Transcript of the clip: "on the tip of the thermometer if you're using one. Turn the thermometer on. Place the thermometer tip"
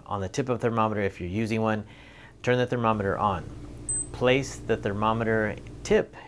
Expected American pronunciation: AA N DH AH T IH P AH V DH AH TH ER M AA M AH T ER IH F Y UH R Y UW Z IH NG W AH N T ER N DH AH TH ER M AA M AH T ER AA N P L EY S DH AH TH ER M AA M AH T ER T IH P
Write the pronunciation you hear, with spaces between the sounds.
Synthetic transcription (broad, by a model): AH N DH AH T IH P AH V TH ER M AA M AH T ER IH F Y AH R Y UW Z IH NG W AH N T ER N DH AH TH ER M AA M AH T ER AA N P L EY S DH AH TH ER M AA M AH T ER T IH P